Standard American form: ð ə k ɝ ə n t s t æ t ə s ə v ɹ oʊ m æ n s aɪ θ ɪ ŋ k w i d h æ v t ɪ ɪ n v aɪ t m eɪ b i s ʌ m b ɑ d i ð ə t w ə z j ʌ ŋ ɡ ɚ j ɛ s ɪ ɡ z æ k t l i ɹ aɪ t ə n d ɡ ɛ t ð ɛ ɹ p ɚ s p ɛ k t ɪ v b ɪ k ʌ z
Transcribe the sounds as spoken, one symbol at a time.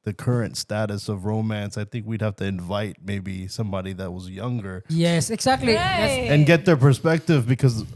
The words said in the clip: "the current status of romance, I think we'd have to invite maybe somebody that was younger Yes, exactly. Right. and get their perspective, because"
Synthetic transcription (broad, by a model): ð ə k ɝ ə n t s t æ t ə s ə v ɹ oʊ m æ n s aɪ θ ɪ ŋ k w i d h æ f t ɪ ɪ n v aɪ t m eɪ b i s ʌ m b ɑ d i ð ə t w ə z j ʌ ŋ ɡ ɚ j ɛ s ɪ ɡ z æ k t l i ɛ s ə n ɡ ɛ t ð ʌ ɹ p ɚ s p ɛ k t ɪ v b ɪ k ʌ z